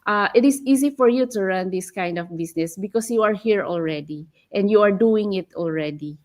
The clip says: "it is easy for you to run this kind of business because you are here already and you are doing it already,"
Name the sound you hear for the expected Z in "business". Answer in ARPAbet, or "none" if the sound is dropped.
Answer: S